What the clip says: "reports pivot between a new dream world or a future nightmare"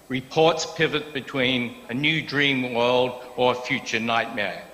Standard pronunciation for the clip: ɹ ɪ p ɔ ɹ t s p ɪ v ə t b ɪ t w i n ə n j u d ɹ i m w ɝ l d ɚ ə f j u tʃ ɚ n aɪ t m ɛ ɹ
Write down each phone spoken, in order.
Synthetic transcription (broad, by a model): ɹ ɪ p ɔ ɹ t s p ɪ v ə t b ɪ t w i n ə n j u d ɹ i m w ɝ l d ɚ ə f j u tʃ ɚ n aɪ t m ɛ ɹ